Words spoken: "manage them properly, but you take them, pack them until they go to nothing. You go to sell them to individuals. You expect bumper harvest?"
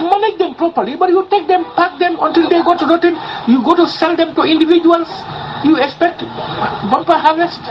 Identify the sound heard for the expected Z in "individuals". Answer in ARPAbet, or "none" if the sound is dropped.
S